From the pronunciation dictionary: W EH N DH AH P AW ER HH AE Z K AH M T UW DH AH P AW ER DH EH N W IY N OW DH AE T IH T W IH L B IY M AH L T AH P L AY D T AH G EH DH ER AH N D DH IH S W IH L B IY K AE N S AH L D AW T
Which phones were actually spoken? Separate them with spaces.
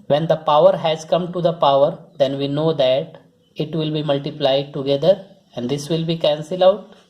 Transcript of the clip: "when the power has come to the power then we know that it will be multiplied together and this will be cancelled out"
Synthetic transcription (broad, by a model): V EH N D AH P AW ER HH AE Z K AH M T UW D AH P AW ER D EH N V IY N OW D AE T IH T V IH L B IY M AH L T AH P L AY D T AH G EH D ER AH N D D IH S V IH L B IY K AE N S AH L AW T